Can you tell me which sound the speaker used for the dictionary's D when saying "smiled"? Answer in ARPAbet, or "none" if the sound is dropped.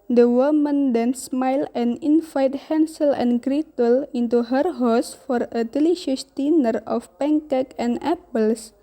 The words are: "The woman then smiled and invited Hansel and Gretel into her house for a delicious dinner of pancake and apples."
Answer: none